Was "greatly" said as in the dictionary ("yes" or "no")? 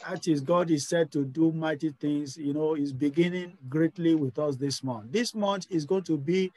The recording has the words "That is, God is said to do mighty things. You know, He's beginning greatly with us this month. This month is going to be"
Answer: yes